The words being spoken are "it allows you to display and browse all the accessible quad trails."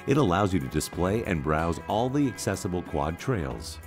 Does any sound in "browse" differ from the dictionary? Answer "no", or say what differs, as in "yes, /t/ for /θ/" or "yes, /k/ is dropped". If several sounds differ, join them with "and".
no